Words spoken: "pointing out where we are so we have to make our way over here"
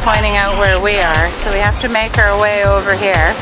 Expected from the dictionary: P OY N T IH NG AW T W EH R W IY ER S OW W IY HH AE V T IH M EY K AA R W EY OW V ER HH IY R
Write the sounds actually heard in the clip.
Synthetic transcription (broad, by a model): P OY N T IH NG AW T W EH R W IY ER S OW W IY HH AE F T IH M EY K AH R W EY OW V ER HH IY R